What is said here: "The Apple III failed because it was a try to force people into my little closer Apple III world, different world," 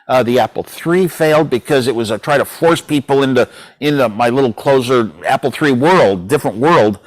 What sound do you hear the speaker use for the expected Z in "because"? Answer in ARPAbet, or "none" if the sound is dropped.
Z